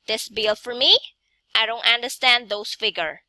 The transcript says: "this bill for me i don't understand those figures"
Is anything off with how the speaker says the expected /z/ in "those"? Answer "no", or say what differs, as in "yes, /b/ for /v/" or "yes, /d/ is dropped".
yes, /s/ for /z/